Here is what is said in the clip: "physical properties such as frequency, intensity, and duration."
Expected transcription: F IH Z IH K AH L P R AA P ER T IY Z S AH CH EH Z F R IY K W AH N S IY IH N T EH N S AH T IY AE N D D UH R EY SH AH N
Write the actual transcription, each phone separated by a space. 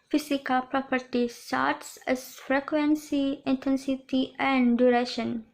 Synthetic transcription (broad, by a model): F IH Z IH K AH L P R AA P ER T IY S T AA S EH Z F R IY K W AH N S IY IH N T EH N S AH T IY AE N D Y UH R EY SH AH N